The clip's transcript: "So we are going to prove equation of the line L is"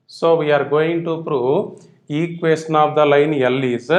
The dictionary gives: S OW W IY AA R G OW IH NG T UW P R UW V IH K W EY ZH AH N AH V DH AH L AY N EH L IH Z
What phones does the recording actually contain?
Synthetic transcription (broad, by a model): S OW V IY AA R G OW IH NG T UW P R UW IH K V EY S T N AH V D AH L AY N EH L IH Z